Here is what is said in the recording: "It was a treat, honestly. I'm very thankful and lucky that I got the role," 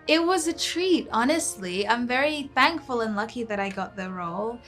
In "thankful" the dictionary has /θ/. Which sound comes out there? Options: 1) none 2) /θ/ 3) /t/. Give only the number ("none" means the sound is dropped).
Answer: 2